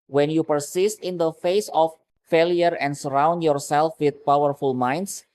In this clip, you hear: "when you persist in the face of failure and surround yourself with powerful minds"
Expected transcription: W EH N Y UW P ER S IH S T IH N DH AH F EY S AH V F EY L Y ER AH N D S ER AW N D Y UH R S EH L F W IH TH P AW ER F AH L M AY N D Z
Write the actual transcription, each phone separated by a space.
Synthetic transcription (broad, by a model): W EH N Y UW P ER S IH S T IH N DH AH F EY S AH F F EY L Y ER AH N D S ER AW N D Y UH R S EH L F W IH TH P AW ER F AH L M AY N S